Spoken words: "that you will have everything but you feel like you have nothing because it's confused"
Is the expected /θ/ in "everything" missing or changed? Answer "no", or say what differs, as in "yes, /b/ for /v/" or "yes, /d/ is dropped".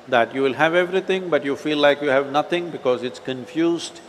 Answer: yes, /t/ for /θ/